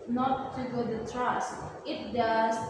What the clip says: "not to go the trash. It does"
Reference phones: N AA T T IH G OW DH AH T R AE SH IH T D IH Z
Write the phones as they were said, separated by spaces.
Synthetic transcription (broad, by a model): N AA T T IH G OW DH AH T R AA S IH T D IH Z